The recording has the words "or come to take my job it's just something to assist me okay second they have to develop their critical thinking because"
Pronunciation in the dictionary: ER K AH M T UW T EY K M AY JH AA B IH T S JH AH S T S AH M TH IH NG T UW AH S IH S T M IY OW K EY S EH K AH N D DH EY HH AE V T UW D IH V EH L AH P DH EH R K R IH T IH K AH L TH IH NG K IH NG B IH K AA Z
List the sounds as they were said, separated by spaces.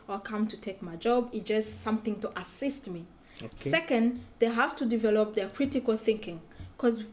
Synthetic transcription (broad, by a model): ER K AH M T UW T EY K M AY JH AA B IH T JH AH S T S AH M TH IH NG T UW AH S IH S T M IY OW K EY S EH K AH N D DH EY HH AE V T UW D IH V EH L AH P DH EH R K R IH T IH K AH L TH IH NG K IH NG K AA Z